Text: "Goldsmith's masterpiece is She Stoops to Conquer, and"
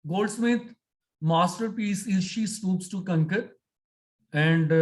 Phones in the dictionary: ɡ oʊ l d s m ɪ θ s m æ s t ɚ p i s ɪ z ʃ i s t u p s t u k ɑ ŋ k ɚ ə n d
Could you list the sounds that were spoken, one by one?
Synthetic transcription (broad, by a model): ɡ oʊ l d s m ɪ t m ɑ s t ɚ p i s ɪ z ʃ i s t u p s t u k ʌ ŋ k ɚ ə n d